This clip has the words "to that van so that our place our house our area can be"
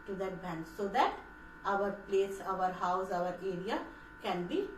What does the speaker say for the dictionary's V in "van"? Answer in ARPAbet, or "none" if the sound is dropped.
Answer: B